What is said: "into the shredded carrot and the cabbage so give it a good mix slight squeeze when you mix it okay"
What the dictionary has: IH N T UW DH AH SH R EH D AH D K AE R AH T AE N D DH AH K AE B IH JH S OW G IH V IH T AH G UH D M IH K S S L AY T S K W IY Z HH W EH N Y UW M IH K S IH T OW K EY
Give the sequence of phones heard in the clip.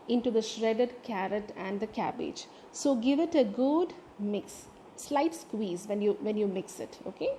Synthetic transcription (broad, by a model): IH N T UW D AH SH R EH D AH D K AE R AH T AE N D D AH K AE B IH JH S OW G IH V IH T AH G UH D M IH K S S L AY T S K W IY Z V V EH N Y UW M IH K S IH T OW K EY